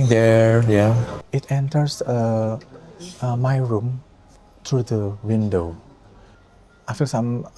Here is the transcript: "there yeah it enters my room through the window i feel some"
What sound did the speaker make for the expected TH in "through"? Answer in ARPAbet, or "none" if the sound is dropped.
T